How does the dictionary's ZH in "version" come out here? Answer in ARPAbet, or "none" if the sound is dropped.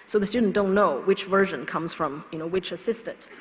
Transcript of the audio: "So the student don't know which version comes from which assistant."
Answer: ZH